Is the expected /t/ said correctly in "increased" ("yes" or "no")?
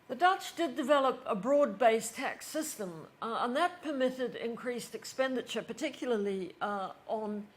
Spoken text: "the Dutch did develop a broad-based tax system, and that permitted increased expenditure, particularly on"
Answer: yes